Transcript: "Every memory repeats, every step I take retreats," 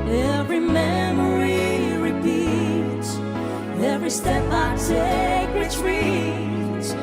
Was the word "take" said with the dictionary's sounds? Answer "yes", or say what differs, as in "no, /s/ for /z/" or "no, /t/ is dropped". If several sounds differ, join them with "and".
no, /s/ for /t/